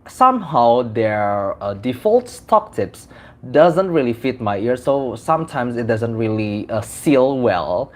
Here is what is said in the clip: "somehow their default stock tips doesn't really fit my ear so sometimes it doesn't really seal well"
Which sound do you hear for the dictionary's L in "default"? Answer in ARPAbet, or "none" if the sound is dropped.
L